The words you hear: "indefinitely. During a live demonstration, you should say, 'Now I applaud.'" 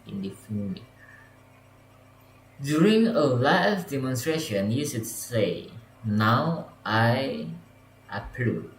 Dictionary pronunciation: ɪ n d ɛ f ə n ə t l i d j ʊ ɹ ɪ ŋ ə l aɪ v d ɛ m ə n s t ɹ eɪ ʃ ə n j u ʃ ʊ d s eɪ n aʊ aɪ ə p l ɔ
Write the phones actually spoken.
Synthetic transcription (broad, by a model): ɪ n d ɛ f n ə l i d j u ɹ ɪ ŋ ə l aɪ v d ɛ m ə n s t ɹ eɪ ʃ ə n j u s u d s eɪ n aʊ aɪ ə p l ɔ